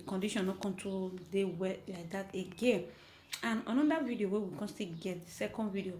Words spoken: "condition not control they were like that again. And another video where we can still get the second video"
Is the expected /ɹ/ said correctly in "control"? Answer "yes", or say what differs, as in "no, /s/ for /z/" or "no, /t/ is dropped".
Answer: no, /ɹ/ is dropped